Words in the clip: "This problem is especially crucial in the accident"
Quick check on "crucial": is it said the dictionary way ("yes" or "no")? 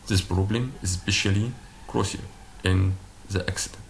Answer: no